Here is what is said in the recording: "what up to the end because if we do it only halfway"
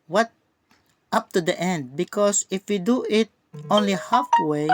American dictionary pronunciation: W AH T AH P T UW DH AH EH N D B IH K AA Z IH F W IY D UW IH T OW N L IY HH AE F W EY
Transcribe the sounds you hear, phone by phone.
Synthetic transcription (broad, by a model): W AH T AH P T UW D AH EH N D B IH K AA S IH F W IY D UW IH T OW N L IY HH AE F W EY